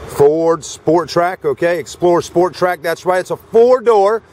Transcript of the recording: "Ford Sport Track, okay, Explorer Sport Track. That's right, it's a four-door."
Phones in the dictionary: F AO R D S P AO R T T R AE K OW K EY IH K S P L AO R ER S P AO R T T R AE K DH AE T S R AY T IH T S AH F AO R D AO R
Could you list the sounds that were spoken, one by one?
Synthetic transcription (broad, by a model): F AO R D S P AO R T T R AE K OW K EY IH K S P L AO R S P AO R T T R AE K DH AE T S W AY IH T S AH F AO R D AO R